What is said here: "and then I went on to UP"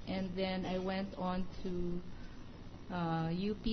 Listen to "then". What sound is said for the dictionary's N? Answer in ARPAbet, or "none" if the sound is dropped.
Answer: N